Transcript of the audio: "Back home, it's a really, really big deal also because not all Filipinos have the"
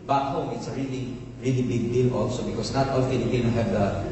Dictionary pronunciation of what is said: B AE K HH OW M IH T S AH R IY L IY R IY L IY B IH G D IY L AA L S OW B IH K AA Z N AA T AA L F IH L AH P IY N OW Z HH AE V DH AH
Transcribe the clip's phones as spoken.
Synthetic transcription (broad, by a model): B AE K HH OW M IH T S AH R IY L IY R IY L IY B IH G D IY L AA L S OW B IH K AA S N AA T AA L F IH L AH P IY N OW HH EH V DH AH